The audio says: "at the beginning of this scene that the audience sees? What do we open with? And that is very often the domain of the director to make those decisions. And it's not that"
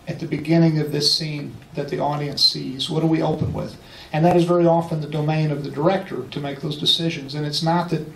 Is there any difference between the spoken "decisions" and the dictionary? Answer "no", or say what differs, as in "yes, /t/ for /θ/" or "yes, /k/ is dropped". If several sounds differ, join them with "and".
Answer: no